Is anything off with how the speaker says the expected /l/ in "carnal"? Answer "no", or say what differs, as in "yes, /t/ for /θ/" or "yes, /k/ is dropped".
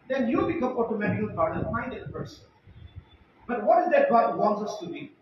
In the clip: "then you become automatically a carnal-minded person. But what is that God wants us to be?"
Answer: yes, /n/ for /l/